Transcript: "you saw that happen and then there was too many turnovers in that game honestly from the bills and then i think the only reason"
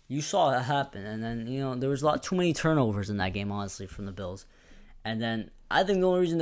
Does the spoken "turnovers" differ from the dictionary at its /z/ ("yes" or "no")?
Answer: no